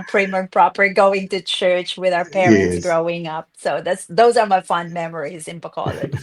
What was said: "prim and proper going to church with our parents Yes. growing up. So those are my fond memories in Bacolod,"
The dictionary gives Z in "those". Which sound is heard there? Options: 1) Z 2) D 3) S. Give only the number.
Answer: 1